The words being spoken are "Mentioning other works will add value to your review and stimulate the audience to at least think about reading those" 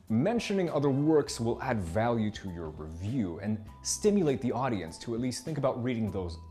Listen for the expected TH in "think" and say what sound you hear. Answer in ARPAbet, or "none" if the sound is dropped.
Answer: TH